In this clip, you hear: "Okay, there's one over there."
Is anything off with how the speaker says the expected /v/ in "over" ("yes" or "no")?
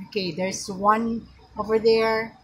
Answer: no